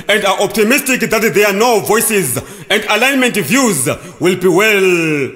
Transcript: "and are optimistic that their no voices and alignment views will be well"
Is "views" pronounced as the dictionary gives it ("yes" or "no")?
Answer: yes